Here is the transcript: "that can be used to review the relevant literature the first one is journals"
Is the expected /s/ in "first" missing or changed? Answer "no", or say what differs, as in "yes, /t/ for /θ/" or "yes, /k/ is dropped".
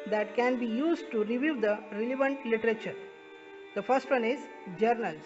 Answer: no